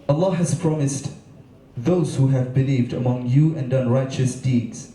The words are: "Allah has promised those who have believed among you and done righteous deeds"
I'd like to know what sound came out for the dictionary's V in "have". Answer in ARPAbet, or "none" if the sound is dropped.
V